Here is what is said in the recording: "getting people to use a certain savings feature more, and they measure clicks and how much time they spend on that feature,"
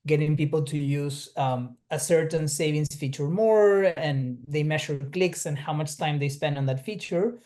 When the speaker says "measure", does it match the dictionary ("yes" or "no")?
no